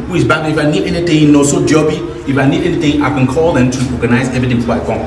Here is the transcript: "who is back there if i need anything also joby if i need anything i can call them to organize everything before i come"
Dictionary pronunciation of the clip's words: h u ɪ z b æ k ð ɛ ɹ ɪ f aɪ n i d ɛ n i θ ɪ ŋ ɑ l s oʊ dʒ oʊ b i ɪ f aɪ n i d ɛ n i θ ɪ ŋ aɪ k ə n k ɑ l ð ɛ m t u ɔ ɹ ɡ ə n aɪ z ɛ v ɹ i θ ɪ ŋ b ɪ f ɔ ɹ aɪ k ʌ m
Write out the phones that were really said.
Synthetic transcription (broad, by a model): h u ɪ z b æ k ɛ ɪ f aɪ n i d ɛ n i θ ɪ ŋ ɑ s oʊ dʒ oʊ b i ɪ f aɪ n i d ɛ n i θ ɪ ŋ aɪ k ə n k ɑ l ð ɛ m t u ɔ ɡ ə n aɪ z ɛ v i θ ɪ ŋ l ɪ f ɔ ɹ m